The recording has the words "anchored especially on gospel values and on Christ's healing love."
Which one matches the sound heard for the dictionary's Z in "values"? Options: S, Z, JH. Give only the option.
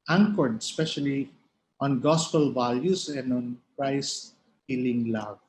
S